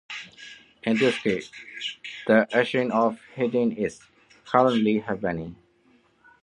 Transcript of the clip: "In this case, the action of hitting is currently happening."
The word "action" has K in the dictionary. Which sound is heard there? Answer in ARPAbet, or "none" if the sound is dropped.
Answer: none